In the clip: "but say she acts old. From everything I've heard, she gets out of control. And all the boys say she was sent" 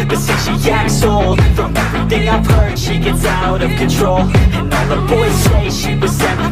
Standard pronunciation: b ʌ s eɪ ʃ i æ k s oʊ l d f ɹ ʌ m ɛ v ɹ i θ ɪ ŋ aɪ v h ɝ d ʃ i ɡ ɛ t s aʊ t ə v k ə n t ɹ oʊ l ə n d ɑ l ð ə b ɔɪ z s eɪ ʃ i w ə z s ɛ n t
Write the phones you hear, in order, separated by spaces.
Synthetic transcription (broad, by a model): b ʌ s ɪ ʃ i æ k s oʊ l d f ɹ ʌ m ɛ v ɹ i θ ɪ ŋ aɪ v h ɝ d ʃ i ɡ ɛ t s aʊ t ə v k ə n t ɹ oʊ l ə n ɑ n ð ə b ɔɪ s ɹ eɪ ʃ i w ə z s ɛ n